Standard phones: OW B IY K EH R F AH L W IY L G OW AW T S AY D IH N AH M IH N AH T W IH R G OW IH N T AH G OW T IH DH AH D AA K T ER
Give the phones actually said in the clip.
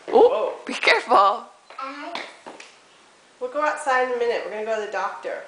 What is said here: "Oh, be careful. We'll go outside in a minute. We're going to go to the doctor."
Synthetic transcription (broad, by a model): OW B IY K EH R F AH L W IY L G OW AW T S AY IH N AH M IH N AH T W IH R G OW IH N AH G OW T IH DH AH D AA K T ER